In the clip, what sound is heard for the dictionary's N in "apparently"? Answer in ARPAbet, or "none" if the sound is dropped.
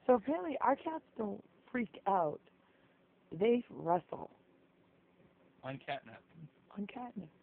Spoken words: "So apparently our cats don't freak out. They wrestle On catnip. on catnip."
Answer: none